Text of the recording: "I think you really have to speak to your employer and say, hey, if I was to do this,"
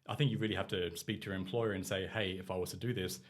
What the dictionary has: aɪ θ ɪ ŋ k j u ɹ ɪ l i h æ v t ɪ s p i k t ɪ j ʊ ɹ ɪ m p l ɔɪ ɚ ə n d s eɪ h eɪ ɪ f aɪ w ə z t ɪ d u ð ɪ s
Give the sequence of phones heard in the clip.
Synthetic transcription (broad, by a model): aɪ θ ɪ ŋ k j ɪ ɹ ɪ l i h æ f t ɪ s p i k t ɪ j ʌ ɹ ɪ m p l ɔɪ ɚ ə n s eɪ h eɪ ɪ f aɪ w ə z t ɪ d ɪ ð ɪ s